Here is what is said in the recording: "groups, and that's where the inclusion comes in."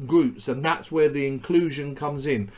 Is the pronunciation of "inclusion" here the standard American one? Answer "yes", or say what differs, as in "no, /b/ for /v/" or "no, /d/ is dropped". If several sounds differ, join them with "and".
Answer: yes